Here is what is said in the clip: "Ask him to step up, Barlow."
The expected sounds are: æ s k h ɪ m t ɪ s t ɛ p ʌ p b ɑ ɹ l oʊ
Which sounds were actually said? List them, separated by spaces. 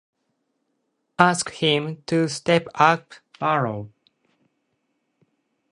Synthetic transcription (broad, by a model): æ s k h ɪ m t ɪ s t ɛ p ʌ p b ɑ ɹ oʊ